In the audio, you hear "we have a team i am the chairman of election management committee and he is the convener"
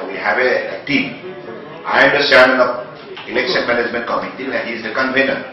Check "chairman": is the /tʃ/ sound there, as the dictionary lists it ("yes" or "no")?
no